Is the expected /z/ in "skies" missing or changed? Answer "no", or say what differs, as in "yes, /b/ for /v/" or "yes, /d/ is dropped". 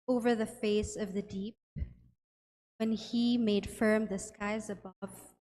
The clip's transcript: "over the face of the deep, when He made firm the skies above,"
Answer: no